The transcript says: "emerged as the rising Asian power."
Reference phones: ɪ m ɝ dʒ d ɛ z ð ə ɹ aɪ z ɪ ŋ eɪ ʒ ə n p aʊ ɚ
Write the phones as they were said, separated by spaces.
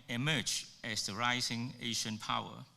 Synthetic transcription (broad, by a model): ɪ m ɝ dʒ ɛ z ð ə ɹ aɪ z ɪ ŋ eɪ ʃ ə n p aʊ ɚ